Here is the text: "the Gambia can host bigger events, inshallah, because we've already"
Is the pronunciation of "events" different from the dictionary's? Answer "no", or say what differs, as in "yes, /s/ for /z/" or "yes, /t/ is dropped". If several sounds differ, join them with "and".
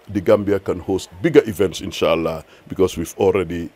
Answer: no